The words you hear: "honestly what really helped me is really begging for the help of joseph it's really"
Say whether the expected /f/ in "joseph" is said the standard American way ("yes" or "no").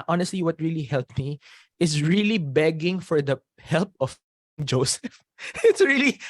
yes